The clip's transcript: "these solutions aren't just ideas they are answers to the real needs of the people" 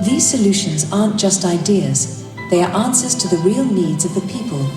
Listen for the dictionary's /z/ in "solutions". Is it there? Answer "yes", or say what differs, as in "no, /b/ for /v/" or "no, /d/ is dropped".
yes